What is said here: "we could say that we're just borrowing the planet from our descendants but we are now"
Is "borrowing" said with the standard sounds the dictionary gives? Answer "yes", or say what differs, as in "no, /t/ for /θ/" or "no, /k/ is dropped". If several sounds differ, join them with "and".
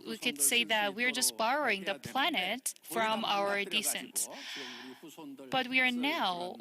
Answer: yes